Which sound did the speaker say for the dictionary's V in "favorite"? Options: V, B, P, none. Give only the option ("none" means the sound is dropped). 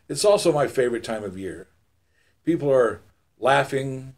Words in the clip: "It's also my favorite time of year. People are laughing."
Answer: V